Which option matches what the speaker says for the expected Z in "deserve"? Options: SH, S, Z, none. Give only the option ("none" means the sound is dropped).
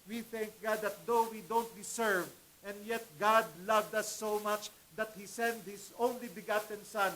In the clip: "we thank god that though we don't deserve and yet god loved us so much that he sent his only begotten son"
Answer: S